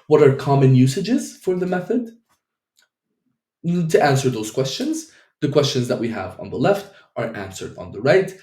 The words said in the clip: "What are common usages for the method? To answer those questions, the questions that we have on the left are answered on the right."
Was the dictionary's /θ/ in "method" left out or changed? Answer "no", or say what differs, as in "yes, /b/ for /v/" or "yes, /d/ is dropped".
no